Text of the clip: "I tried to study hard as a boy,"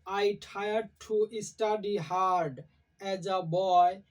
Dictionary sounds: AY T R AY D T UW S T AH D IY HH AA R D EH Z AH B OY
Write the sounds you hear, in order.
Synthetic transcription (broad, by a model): AY T AY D T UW S T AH D IY HH AA R D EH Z AH B OY